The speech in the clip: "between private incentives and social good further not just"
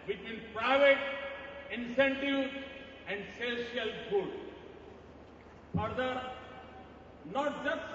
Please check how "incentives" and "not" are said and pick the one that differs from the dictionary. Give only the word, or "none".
incentives